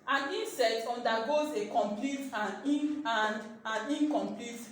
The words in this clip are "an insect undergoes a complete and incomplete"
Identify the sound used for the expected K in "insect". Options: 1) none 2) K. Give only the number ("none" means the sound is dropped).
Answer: 1